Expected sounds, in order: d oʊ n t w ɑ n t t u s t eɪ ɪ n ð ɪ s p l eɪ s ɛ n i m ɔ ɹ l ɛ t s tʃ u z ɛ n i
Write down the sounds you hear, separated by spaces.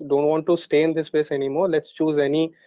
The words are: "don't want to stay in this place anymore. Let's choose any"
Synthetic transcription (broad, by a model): d oʊ n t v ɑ n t t u s t eɪ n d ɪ s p eɪ s ɛ n i m ɔ ɹ l ɛ t s tʃ u z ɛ n i